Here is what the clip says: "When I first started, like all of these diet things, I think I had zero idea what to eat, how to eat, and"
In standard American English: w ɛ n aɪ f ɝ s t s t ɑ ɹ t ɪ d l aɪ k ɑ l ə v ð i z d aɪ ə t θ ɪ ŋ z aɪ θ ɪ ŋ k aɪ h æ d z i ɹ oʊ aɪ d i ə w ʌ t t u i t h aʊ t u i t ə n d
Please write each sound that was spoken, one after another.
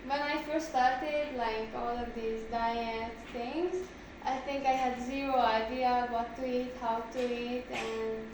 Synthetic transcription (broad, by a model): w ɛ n aɪ f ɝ s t s t ɑ ɹ t ɪ d l aɪ k ɑ l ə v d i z d aɪ ə t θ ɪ ŋ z aɪ t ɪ ŋ k aɪ h æ d z i ɹ oʊ aɪ d i ə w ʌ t t u i t h aʊ t u i t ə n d